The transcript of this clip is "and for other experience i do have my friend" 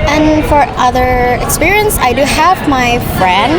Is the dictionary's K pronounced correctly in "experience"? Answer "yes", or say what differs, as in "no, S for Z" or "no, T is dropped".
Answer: yes